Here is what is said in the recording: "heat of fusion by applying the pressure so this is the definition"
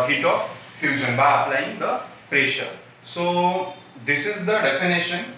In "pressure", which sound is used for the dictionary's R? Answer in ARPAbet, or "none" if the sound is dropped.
R